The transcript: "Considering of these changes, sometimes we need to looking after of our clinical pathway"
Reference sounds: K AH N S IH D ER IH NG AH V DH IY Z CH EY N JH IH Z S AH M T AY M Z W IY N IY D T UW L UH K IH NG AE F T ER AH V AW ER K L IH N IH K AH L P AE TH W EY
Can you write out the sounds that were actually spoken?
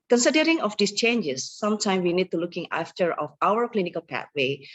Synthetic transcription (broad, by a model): K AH N S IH D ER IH NG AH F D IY S CH EY N JH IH S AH M T AY M W IY N IY D T UW L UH K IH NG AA F T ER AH F AW ER K L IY N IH K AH L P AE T W EY